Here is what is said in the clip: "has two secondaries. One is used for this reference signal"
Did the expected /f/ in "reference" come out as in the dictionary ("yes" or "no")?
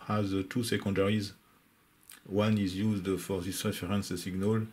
no